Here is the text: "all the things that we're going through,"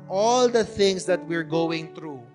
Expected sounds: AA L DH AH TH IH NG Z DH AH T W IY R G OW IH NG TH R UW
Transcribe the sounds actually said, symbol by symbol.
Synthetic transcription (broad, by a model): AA L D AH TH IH NG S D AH T W IY R G OW IH NG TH R UW